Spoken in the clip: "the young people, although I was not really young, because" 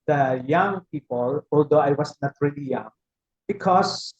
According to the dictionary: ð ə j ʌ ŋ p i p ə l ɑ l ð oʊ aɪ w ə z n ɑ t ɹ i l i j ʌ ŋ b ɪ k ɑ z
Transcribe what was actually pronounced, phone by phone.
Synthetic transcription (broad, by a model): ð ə j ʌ ŋ p i p ə l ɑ l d oʊ aɪ w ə s n ɑ t ɹ i l i j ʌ ŋ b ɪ k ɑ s